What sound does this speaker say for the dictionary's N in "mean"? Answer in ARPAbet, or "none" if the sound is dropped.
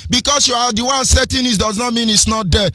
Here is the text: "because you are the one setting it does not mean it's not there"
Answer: N